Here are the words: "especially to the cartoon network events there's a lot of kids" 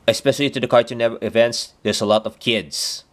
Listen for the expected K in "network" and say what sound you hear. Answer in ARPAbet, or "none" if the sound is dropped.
none